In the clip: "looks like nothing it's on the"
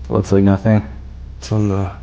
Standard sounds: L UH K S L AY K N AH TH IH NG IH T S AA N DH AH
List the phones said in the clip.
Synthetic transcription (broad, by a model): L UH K S L AY K N AH TH IH NG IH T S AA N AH